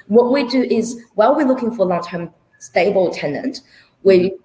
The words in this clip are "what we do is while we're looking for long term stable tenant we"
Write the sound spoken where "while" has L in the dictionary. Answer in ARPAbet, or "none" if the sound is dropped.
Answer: L